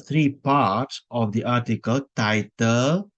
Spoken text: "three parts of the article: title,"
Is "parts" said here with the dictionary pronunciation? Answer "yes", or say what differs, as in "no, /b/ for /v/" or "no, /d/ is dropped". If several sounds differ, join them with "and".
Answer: yes